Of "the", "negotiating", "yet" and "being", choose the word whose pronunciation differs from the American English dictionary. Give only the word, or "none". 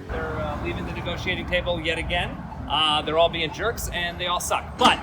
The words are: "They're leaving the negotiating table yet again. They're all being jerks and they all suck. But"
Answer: none